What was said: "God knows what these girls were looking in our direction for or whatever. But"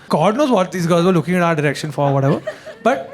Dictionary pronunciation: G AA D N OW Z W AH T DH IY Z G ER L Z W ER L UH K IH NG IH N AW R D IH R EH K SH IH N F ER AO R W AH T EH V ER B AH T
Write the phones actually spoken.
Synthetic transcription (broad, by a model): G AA D N OW Z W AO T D IY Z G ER Z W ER L UH K IH NG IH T AW R D IH R EH K SH IH N F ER AO R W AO T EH V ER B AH T